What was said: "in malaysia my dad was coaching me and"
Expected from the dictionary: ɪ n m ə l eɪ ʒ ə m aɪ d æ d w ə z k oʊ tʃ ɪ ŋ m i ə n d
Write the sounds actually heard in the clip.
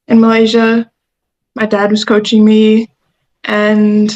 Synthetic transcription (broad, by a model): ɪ n m ə l eɪ ʒ ə m aɪ d æ d w ə z k oʊ tʃ ɪ ŋ m i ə n